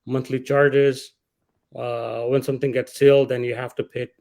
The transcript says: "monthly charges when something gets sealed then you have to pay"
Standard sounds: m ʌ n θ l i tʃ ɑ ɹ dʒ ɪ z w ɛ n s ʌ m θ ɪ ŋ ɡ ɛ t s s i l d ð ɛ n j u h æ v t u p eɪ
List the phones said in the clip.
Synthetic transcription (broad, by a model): m ʌ n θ l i tʃ ɑ ɹ dʒ ɪ z w ɛ n s ʌ m t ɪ ŋ ɡ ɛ t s s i l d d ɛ n j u h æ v t u p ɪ